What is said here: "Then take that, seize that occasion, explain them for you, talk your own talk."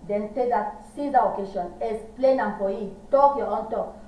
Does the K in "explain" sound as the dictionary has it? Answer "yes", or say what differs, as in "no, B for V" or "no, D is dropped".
no, K is dropped